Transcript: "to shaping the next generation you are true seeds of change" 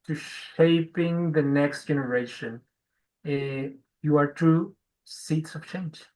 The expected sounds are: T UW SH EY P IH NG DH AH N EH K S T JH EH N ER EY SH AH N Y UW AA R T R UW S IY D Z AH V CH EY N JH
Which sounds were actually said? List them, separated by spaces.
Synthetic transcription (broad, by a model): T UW SH EY P IH NG DH AH N EH K S T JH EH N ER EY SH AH N Y UW AA R T UW S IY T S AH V CH EY N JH